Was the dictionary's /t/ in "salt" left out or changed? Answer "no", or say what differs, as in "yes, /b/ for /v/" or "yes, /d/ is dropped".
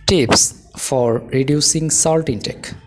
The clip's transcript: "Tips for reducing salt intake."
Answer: no